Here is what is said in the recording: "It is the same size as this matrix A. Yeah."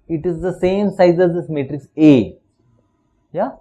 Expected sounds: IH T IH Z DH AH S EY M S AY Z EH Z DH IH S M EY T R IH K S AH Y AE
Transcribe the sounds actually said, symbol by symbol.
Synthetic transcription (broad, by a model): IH T IH Z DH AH S EY M S AY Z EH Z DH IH S M EY T R IH K S AH Y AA